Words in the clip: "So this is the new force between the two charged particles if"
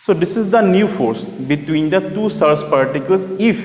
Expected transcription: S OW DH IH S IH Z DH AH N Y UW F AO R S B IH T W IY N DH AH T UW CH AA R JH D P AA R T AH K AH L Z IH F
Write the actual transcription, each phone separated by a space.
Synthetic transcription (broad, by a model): S OW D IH S IH Z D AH N Y UW F AO R S B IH T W IY N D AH T UW S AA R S P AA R T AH K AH L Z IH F